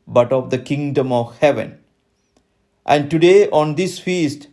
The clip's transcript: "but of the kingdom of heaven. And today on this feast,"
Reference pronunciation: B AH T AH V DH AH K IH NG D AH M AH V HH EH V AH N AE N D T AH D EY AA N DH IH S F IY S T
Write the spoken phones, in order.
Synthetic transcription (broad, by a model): B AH T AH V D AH K IH NG D AH M AH V HH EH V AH N AE N D T AH D EY AA N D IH S F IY S T